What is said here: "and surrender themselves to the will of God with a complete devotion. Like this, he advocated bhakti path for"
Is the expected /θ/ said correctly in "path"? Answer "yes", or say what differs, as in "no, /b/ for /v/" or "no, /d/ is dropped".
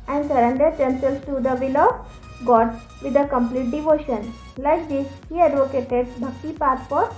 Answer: no, /s/ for /θ/